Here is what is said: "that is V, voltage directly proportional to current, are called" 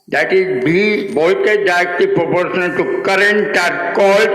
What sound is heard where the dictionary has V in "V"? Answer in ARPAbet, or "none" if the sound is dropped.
B